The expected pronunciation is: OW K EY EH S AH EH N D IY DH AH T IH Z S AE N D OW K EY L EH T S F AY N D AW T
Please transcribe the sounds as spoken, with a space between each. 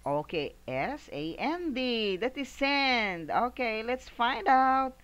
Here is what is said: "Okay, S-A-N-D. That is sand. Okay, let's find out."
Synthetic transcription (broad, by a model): OW K EY EH S AH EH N D IY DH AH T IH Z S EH N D OW K EY L EH T S F AY N D AW T